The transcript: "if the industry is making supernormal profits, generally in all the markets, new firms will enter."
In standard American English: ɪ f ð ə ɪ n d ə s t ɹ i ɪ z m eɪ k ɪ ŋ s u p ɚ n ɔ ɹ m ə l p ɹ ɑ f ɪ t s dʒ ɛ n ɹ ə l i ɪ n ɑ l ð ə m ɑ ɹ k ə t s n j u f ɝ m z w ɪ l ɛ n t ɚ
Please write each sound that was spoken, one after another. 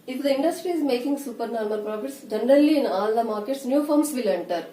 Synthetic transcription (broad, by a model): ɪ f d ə ɪ n d ə s t ɹ i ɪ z m eɪ k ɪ ŋ s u p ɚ n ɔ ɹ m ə n p ɹ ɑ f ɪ t s dʒ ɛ n ɹ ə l i ɪ n ɑ l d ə m ɑ ɹ k ə t s n j u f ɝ m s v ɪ l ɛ n t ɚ